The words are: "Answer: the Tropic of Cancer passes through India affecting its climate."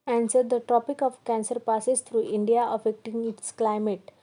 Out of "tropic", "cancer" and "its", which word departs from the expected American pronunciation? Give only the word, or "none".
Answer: tropic